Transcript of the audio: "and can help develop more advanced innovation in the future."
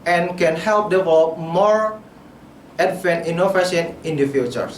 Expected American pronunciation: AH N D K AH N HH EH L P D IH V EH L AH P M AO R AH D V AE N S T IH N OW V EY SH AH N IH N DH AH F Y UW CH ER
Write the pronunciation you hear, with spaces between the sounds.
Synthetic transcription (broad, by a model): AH N K AH N HH EH L P D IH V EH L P M AO R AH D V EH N T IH N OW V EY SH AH N IH N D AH F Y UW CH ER